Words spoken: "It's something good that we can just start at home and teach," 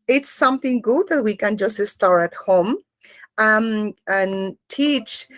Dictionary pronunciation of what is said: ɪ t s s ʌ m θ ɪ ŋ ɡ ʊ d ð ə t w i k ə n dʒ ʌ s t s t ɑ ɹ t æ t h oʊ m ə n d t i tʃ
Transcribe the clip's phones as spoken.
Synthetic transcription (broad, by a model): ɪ t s s ʌ m θ ɪ ŋ ɡ ʊ d ð ə t w i k ə n dʒ ʌ s t s t ɑ ɹ t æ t h oʊ m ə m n t i tʃ